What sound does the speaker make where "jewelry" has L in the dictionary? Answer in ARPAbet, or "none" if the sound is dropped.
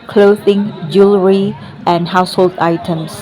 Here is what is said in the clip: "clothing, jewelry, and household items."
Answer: L